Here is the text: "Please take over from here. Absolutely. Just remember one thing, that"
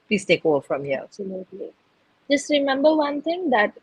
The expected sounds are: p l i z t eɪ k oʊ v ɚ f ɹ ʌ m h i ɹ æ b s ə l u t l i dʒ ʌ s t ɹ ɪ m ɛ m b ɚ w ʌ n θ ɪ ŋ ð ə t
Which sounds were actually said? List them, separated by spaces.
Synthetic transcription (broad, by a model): p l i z t eɪ k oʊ ɚ f ɹ ʌ m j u æ b s ə l u t l i dʒ ʌ s t ɹ ɪ m ɛ m b ɚ w ʌ n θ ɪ ŋ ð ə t